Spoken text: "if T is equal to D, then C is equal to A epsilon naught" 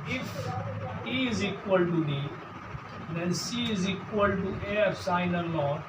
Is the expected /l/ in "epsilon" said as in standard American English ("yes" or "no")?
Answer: no